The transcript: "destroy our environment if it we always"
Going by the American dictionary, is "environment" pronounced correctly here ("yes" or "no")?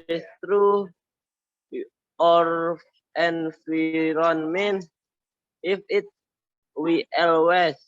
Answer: no